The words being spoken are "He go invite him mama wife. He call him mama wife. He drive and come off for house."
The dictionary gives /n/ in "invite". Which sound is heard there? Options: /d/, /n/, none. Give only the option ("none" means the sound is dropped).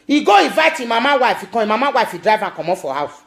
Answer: none